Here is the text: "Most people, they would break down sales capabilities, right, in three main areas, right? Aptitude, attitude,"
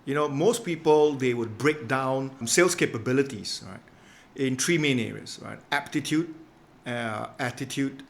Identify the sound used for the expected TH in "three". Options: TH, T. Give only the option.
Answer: T